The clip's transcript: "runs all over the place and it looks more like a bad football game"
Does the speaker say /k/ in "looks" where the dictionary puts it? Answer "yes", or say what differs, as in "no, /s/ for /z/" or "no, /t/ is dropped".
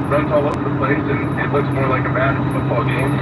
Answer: yes